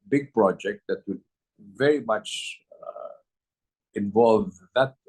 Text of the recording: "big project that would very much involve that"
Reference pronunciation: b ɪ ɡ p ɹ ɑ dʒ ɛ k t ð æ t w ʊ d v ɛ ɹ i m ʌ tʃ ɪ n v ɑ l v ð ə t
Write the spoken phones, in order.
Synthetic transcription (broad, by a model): b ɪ ɡ p ɹ ɑ dʒ ɛ k t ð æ t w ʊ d v ɛ ɹ i m ʌ tʃ ɪ n v ɑ l v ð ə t